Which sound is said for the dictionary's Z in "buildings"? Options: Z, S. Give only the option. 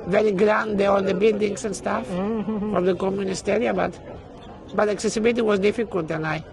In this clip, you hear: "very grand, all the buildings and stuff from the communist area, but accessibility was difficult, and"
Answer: S